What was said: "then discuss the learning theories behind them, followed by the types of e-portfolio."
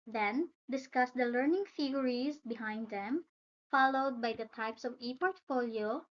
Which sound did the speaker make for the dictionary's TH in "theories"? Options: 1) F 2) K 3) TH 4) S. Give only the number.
1